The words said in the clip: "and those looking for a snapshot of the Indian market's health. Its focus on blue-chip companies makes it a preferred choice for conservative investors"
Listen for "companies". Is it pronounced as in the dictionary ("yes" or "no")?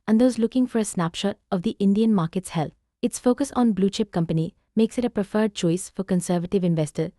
no